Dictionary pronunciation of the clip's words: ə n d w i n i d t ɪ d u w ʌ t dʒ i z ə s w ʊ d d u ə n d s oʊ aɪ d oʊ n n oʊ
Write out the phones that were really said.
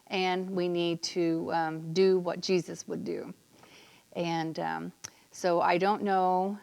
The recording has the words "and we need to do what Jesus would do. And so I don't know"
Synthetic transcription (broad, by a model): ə n w i n i d t ɪ d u w ʌ t dʒ i z ə s w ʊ d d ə n s oʊ aɪ d oʊ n n oʊ